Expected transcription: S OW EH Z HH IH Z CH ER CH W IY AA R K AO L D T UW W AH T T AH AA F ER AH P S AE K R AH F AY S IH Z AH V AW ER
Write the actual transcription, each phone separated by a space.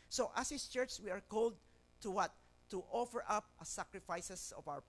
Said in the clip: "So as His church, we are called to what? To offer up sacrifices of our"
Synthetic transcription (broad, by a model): S OW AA S HH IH S CH ER CH W IY AA R K AO L D T UW W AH T T AA F ER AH P S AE K R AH F AY S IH S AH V AW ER